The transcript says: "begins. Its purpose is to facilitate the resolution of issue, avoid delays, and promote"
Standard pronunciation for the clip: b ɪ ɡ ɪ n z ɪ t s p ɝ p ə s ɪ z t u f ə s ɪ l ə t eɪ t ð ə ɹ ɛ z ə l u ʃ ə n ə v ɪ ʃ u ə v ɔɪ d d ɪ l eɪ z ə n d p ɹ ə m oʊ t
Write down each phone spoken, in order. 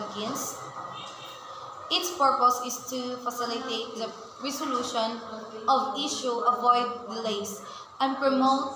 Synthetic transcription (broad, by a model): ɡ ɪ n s ɪ t s p ɝ p ə s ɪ s t u f ə s ɪ l ə t eɪ t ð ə ɹ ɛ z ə l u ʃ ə n ə v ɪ ʃ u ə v ɔɪ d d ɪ l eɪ s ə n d p ɹ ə m oʊ t